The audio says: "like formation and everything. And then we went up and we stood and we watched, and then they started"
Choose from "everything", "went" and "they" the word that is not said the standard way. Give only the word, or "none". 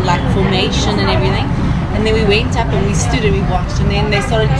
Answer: none